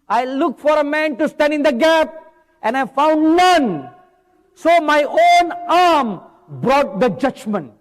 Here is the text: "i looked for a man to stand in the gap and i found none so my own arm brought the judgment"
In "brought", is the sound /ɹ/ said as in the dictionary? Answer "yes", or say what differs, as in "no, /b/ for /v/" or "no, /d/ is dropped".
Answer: yes